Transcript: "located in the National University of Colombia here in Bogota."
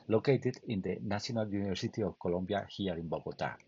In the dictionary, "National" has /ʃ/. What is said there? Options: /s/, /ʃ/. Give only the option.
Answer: /s/